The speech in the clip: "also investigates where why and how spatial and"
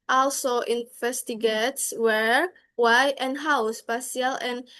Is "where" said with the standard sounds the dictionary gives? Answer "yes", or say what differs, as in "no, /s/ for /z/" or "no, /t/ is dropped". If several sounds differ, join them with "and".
yes